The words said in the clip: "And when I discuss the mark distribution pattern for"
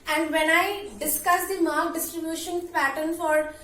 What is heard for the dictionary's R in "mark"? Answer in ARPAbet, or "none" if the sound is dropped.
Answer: L